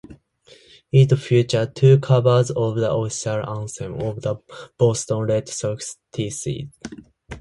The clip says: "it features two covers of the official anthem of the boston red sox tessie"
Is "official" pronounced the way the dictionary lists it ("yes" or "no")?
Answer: no